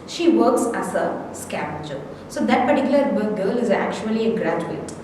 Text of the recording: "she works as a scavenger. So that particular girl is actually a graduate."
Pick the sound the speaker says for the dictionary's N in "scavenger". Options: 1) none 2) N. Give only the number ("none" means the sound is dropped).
1